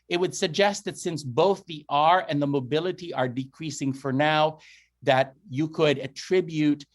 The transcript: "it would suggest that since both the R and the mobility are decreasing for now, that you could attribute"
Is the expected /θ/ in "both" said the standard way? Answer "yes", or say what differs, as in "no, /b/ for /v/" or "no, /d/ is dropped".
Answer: yes